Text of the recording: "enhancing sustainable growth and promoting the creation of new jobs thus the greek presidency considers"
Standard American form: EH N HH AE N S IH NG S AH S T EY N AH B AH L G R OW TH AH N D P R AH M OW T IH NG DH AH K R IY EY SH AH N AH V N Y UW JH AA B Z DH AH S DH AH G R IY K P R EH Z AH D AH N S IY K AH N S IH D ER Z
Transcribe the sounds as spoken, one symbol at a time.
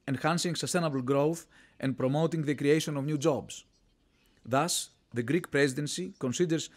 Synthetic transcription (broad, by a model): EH N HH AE N S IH NG S AH S T EY N AH B AH L G R OW TH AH N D P R AH M OW T IH NG DH AH K R IY EY SH AH N AH V N Y UW JH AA B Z DH AH S DH AH G R IY K P R EH Z AH D AH N S IY K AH N S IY D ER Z